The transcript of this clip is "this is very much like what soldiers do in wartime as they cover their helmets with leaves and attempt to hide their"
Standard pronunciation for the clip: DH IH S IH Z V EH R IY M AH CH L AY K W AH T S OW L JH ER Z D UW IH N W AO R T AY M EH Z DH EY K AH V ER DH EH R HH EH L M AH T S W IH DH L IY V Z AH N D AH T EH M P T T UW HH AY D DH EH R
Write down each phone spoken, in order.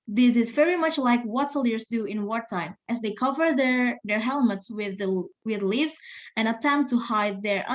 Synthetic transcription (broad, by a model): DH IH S IH Z V EH R IY M AH CH L AY K W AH T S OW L ER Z D UW IH N W AO R T AY M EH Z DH EY K AH V ER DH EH R HH EH L M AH T S W IH DH L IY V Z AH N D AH T EH M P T T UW HH AY D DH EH R